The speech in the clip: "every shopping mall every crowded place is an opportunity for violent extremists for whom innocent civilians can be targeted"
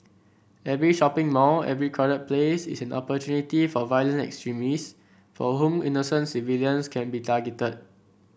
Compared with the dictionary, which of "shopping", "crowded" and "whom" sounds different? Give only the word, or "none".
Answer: crowded